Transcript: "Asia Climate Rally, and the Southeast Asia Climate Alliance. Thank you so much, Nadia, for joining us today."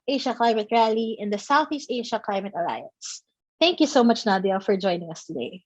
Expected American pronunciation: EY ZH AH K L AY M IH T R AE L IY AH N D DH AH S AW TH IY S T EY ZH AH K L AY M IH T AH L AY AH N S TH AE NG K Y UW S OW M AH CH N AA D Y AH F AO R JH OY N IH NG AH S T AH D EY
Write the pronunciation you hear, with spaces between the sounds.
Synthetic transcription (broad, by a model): EY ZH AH K L AY M IH T R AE L IY AH N D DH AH S AW TH IY S T EY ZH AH K L AY M IH T AH L AY AH N S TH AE NG K Y UW S OW M AH CH N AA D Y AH F AO R JH OY N IH NG AH S T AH D EY